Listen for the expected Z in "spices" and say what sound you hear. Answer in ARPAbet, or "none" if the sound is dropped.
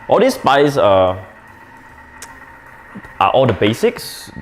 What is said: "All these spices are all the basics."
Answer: none